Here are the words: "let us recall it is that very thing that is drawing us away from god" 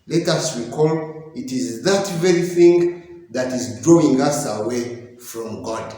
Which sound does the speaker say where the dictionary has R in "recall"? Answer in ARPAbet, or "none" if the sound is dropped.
W